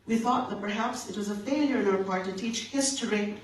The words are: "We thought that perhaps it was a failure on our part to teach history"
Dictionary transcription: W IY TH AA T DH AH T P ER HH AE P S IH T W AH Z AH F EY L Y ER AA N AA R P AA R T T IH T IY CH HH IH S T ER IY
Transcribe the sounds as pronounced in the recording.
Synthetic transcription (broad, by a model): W IY TH AA T DH AH T P ER HH AE P S IH T W AH Z AH F EY L Y ER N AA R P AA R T T IH T IY CH HH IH S T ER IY